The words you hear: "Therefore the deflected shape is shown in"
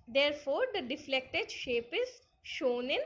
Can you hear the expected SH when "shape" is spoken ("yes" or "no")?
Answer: yes